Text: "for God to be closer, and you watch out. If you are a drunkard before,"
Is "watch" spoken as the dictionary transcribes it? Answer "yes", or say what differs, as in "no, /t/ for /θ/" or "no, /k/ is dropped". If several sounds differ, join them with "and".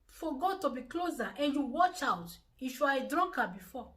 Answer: yes